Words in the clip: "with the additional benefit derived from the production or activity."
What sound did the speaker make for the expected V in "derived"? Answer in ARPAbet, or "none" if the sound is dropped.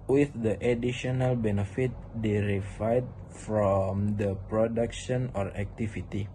none